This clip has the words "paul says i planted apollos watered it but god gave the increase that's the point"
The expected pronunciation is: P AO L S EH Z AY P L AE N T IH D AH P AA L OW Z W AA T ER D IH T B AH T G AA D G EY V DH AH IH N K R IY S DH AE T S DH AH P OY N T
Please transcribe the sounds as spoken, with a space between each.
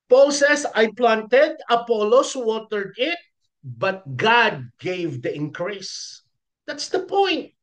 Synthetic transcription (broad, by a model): P AO L S EH S AY P L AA N T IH D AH P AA L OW S W AA T ER D IH T B AH T G AA D G EY V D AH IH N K R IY S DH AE T S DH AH P OY N T